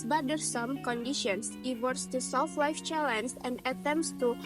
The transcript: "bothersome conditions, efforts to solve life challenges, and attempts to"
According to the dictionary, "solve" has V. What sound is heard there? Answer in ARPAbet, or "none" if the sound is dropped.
F